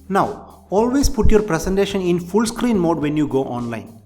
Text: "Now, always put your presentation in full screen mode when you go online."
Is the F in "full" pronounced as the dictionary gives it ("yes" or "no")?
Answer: yes